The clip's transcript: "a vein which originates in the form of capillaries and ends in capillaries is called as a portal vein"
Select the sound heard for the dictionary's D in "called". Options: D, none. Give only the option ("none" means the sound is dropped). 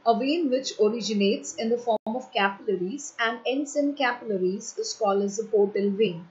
none